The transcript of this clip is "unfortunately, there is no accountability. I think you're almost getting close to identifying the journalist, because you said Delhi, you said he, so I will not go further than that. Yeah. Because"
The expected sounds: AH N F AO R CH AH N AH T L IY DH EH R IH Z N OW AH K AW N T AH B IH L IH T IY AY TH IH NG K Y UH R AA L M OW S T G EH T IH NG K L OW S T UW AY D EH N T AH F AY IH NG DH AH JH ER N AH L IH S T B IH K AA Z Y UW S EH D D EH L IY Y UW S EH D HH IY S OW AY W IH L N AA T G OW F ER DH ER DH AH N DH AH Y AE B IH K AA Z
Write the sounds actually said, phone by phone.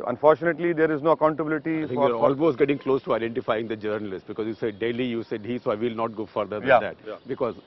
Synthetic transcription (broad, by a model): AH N F AO R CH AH N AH T L IY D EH R IH Z N OW AH K AW N T AH B IH L IH T IY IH F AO K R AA L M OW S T G EH T IH NG K L OW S T UW AY D EH N T AH F AY IH NG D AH JH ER N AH L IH S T B IH K AA Z Y UW S EH D D EH L IY Y UW S EH D HH IY S OW AY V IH L N AA T G OW F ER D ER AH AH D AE B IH K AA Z